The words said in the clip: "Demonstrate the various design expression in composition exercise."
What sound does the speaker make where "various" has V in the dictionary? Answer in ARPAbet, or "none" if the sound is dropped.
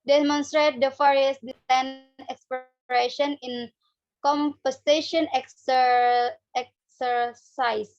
F